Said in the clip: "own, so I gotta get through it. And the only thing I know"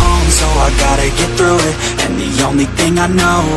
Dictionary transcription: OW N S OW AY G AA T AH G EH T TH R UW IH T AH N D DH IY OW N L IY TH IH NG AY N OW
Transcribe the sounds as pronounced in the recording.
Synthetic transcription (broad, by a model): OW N S OW AY G AA T AH G EH T TH R UW IH T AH N DH IY OW N L IY TH IH NG AY N OW